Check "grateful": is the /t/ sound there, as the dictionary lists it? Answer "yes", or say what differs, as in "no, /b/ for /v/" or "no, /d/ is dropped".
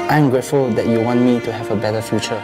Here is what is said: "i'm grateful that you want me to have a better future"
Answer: yes